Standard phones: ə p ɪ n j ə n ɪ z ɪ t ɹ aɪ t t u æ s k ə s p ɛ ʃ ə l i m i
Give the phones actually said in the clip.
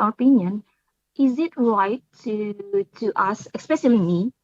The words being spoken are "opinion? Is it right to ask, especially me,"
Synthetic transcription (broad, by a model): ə p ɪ n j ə n ɪ z ɪ t ɹ aɪ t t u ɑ s ə s p ɛ ʃ ə l i m i